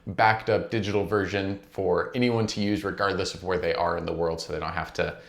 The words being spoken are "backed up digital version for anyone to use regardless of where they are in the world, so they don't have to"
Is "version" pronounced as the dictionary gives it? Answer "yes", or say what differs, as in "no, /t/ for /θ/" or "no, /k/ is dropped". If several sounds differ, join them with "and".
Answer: yes